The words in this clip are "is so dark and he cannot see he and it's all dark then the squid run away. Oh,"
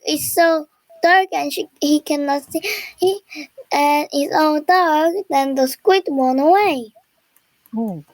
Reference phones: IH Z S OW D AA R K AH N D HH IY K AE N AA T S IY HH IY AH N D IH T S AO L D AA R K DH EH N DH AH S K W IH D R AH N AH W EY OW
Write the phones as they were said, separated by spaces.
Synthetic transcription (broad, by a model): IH S OW D AA R K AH N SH HH IY K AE N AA T S IY HH IY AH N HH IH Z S AO N D AA R K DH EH N DH AH S K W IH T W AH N AH W EY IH